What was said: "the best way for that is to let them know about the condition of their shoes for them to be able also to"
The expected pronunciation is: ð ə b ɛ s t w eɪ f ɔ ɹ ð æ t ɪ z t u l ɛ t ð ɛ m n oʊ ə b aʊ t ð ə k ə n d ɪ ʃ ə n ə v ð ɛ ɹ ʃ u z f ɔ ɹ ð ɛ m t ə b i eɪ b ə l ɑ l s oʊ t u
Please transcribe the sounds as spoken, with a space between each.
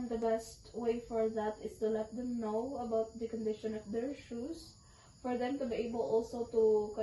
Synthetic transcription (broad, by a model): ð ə b ɛ s t w eɪ f ɔ ɹ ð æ t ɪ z t u l ɛ t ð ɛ m n oʊ ə b aʊ t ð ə k ə n d ɪ ʃ ə n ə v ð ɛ ɹ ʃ u s f ɔ ɹ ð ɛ m t ə b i eɪ b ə l ɑ l s oʊ t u